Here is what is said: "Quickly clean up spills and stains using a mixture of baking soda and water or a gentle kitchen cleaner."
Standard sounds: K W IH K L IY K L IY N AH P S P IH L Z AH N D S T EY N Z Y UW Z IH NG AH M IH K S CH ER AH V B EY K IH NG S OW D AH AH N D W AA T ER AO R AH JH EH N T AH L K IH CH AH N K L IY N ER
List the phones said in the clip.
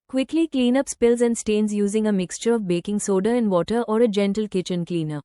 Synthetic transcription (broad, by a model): K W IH K L IY K L IY N AH P S P IH L Z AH N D S T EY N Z Y UW Z IH NG AH M IH K S CH ER AH V B EY K IH NG S OW D AH AH N D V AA T ER AO R AH JH EH N T AH L K IH CH AH N K L IY N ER